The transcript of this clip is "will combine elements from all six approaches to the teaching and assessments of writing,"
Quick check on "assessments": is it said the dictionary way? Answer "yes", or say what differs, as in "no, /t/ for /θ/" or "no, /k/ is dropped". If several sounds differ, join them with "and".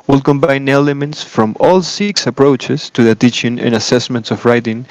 yes